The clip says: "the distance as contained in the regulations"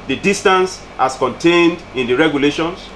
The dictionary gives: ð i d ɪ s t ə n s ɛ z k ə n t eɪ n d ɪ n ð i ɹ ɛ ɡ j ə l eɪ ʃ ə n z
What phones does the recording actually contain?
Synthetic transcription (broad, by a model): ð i d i s t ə n s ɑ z k ə n t eɪ n d ɪ n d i ɹ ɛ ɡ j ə l eɪ ʃ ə n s